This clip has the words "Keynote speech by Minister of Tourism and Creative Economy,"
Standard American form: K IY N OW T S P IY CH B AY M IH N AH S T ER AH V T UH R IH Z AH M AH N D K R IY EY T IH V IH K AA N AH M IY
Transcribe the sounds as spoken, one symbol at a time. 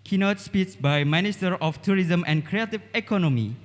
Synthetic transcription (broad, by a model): K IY N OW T S P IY S B AY M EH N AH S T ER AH F T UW R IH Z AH M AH N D K R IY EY T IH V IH K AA N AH M IY